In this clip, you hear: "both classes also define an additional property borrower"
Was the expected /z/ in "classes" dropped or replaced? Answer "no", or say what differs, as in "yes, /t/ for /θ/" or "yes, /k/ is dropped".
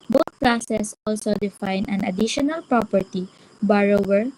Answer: yes, /s/ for /z/